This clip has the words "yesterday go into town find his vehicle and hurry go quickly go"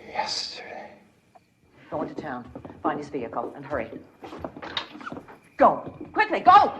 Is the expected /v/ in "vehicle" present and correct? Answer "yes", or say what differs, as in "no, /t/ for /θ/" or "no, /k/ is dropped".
yes